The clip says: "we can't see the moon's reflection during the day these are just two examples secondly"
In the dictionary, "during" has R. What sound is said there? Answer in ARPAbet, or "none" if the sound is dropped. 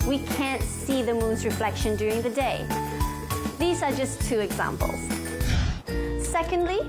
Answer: R